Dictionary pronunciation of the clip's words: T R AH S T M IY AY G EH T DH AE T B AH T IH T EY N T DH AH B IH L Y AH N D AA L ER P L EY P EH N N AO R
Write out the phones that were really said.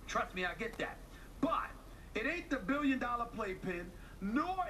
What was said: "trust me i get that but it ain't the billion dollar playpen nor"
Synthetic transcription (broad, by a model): T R AH S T M IY AY G EH T DH AE T B AH T IH T EY T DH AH B IH L Y AH N D AA L ER P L EY P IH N N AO